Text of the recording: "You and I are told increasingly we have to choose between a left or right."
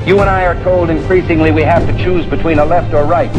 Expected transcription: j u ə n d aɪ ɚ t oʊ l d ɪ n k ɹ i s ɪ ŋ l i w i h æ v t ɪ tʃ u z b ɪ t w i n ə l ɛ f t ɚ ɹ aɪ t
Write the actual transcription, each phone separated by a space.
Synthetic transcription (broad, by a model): j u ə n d aɪ ɚ t oʊ l d ɪ n k ɹ i s ɪ ŋ l i w i h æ f t ɪ tʃ u z b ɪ t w i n ə l ɛ f t ɚ ɹ aɪ t